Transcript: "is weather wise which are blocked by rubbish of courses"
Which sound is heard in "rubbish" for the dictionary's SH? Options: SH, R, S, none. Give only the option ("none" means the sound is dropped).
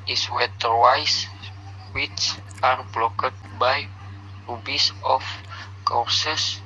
S